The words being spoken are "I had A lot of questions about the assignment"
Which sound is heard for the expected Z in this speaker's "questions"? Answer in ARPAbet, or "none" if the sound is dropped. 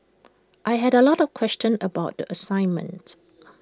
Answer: none